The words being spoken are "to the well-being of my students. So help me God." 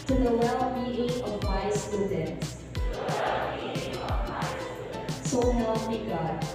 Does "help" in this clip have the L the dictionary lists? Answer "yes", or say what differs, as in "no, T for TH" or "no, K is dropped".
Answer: no, L is dropped